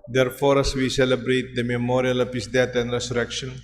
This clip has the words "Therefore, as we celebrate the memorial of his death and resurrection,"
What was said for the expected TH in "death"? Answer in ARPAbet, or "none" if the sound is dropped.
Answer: T